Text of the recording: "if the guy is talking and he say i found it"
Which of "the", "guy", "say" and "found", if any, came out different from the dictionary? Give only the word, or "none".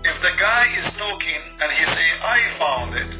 none